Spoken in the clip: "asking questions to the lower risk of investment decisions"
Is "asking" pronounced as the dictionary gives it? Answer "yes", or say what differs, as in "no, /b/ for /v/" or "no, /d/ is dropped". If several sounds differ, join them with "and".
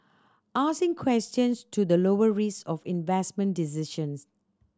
no, /k/ is dropped